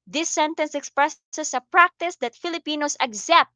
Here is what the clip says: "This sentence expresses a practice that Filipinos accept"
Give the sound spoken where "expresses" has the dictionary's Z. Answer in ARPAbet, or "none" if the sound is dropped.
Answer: S